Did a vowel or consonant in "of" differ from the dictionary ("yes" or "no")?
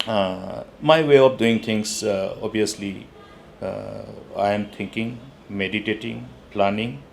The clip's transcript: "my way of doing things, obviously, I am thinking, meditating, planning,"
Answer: yes